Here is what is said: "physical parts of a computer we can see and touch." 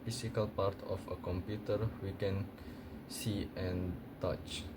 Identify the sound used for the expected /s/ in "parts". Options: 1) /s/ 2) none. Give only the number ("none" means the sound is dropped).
2